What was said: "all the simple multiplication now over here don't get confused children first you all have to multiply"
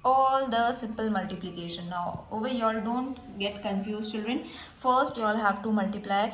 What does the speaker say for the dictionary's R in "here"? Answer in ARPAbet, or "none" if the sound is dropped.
L